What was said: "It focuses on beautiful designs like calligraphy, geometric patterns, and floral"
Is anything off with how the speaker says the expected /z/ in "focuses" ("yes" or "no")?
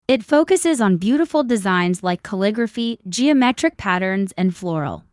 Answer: no